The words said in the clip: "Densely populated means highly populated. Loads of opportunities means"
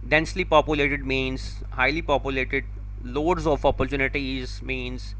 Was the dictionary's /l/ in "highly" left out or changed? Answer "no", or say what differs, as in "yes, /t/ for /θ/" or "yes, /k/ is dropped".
no